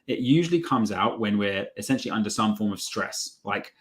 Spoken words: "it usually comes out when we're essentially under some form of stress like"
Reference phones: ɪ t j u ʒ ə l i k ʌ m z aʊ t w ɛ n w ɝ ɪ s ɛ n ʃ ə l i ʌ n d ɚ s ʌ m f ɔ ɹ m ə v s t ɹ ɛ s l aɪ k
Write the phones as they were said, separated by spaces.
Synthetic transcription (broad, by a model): ɪ t j u ʒ ə l i k ʌ m z aʊ t w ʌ n w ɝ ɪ s ɛ n ʃ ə l i ʌ n d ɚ s ʌ m f ɔ ɹ m ə v s t ɹ ɛ s l aɪ k